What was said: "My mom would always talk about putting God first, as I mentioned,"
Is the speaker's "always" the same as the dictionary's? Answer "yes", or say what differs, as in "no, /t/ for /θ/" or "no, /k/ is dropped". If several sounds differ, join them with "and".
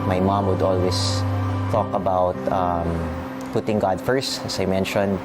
no, /s/ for /z/